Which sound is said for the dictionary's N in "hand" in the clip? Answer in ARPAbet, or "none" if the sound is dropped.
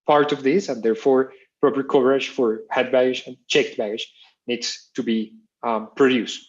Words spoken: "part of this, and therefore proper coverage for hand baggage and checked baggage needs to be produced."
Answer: none